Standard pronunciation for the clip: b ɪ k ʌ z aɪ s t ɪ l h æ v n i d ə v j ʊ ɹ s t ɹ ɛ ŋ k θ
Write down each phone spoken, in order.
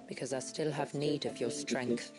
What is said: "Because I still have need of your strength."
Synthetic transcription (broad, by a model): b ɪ k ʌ z aɪ s t ɪ l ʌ v n i d ə v j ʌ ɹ s t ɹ ɛ ŋ k θ